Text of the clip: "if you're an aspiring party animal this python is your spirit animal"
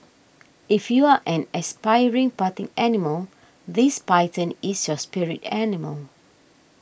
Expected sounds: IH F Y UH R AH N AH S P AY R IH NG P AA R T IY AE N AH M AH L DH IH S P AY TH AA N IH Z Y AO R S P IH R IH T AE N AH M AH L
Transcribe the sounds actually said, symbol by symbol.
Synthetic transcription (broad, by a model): IH F Y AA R AH N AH S P AY R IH NG P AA T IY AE N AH M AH L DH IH S P AY T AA N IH S Y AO S P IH R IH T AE N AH M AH L